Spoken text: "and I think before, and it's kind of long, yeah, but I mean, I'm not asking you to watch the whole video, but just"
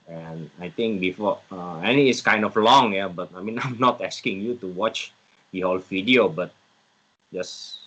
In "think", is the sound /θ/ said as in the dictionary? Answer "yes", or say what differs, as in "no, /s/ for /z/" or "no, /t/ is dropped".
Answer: no, /t/ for /θ/